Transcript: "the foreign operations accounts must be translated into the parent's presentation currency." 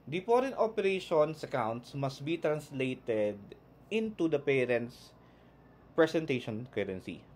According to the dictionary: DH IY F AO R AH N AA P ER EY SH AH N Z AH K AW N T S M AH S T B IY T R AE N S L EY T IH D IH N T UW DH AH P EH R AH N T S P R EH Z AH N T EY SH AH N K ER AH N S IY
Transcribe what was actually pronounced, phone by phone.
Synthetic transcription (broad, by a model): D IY P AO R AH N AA P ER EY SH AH N S AH K AW N T S M AH S T B IY T R AE N S L EY T IH D IH N T UW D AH P EH R AH N T S P R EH S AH N T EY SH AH N K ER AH N S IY